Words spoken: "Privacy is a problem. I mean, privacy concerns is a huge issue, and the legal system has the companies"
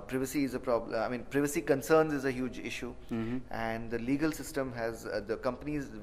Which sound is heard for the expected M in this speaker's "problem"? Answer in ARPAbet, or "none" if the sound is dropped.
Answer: none